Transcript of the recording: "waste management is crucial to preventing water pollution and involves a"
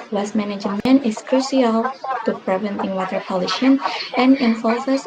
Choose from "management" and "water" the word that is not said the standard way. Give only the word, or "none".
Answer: management